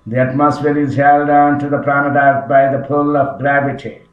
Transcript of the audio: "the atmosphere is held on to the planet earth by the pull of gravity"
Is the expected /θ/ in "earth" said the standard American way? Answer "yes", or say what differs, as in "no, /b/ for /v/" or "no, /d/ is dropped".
no, /t/ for /θ/